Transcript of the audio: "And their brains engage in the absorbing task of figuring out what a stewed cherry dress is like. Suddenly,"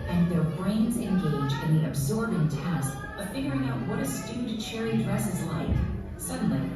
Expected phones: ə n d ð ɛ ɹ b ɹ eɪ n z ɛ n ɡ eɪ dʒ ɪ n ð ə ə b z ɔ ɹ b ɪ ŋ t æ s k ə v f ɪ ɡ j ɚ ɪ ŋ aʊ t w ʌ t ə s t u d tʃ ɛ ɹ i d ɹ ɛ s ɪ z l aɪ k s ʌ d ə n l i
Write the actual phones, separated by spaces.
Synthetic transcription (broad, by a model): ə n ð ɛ ɹ b ɹ eɪ n z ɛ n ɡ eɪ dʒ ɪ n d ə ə b z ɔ ɹ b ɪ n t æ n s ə f ɪ ɡ j ɚ ɪ ŋ aʊ t w ʌ t ə s t u d tʃ ɛ ɹ i d ɹ ɛ s ɪ z l aɪ k s ʌ d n l i